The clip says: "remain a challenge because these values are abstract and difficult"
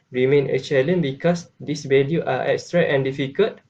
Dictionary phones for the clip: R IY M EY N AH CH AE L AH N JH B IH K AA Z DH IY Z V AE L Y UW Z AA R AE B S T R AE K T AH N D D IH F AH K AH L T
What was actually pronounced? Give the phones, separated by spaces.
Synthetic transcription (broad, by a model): R IY M EY N AH CH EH L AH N B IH K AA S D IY S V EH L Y UW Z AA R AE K S T R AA T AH N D D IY F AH K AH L T